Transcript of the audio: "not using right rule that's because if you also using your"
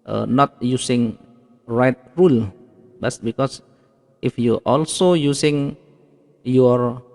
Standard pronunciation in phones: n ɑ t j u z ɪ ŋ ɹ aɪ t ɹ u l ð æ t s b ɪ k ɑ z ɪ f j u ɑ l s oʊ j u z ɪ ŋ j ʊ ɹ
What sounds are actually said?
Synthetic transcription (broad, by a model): n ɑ t j u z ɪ ŋ ɹ aɪ t ɹ u l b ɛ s b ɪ k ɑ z ɪ f j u ɑ l s oʊ j u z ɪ ŋ j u ɹ